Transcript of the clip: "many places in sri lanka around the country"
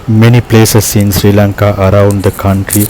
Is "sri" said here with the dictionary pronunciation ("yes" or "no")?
yes